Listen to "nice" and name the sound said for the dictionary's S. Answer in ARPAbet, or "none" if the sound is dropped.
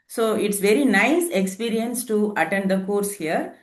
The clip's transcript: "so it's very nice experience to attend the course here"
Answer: S